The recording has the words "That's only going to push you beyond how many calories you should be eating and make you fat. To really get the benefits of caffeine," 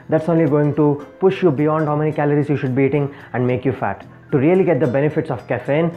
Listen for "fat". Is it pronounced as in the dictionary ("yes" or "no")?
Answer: yes